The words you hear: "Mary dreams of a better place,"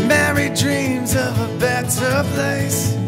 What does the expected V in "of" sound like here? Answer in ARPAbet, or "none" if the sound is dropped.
V